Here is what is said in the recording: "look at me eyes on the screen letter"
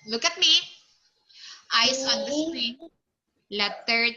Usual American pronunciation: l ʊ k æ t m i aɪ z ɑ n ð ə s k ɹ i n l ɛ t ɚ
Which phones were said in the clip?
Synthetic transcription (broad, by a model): l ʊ k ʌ t m i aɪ s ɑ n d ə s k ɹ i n l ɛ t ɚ